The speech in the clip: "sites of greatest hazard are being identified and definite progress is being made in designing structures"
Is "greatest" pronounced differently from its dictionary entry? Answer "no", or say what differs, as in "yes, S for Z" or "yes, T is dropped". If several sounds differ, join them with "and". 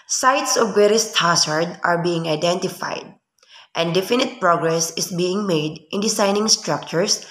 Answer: yes, R is dropped